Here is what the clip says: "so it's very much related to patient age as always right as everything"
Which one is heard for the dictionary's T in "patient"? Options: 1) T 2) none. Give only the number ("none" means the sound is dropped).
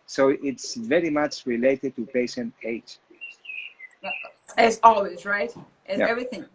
2